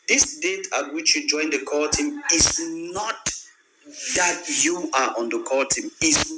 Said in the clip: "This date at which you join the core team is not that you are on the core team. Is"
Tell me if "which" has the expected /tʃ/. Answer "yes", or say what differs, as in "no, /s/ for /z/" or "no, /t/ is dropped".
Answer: yes